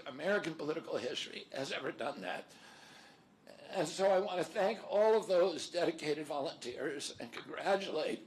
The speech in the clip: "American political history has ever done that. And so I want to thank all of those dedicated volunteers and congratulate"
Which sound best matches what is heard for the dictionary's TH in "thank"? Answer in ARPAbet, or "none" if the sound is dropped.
TH